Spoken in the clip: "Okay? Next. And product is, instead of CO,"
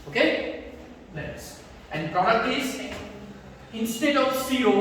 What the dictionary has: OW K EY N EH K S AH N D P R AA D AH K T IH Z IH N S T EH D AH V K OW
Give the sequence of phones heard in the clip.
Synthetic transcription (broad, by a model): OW K EY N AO S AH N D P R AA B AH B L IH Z IH N S T EH D AH V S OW